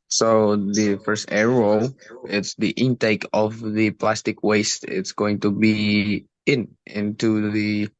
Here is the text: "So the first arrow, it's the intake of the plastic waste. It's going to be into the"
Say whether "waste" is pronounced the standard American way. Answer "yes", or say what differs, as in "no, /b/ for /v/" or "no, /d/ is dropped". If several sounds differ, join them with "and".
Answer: yes